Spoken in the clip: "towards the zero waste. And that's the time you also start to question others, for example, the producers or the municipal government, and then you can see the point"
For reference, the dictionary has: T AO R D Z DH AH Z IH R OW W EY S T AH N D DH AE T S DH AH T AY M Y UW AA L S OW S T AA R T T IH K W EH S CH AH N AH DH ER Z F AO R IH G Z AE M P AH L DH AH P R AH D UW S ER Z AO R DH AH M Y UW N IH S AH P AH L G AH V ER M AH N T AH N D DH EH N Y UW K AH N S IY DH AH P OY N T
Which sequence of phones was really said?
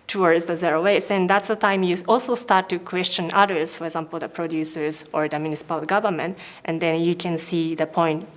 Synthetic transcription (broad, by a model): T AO R D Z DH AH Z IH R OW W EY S AH N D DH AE T S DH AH T AY M Y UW AA L S OW S T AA R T T IH K W EH S CH AH N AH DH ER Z F AO R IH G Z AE M P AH L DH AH P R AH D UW S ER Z AO R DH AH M Y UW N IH S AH P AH L G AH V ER M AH N T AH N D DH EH N Y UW K AH N S IY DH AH P OY N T